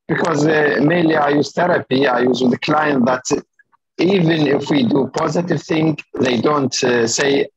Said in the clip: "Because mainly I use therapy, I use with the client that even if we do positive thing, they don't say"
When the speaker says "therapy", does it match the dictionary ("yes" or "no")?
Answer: yes